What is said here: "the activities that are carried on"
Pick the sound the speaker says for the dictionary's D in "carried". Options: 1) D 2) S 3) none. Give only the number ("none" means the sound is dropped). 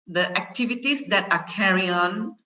3